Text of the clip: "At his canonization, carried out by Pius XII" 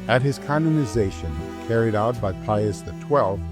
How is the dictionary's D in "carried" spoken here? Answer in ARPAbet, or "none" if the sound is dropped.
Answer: D